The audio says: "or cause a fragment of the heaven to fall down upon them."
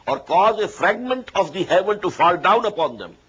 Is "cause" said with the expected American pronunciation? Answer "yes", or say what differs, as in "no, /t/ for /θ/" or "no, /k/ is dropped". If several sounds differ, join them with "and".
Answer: yes